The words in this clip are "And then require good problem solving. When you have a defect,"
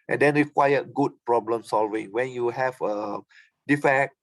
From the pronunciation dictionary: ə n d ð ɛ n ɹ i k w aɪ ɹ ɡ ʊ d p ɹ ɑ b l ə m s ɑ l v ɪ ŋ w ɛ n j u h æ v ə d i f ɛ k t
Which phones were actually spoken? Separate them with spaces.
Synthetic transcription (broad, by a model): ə n d ɛ n ɹ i k w aɪ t ɡ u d p ɹ ɑ b l ə m s ɑ l v ɪ ŋ w ɛ n j u h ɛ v ə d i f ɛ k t